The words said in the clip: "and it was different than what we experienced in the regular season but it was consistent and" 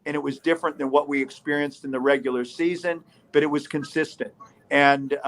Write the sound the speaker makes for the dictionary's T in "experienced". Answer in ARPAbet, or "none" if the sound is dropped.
T